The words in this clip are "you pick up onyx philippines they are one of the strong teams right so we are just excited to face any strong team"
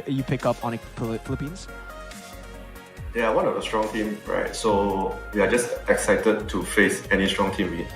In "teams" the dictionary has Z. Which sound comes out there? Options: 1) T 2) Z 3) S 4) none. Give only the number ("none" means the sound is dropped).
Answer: 4